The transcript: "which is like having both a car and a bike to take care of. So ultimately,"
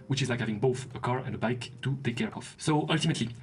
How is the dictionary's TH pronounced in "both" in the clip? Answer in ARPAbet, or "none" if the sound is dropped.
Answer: TH